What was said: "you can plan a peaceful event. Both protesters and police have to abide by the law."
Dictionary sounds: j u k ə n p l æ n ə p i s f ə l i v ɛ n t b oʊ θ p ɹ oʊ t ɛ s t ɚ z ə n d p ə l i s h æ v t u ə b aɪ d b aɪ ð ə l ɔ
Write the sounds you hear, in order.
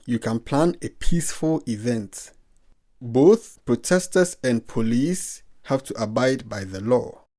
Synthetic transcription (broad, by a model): j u k ə n p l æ n ə p i s f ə l i v ɛ n t b oʊ θ p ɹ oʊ t ɛ s t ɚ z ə n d p ə l i s h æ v t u ə b aɪ d b aɪ ð ə l ɔ